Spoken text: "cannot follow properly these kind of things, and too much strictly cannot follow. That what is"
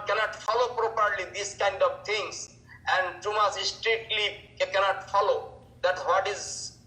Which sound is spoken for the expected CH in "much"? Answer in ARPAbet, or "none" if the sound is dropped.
S